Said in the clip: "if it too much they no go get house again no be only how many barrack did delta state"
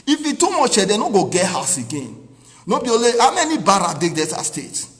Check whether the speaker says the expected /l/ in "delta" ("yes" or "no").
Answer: no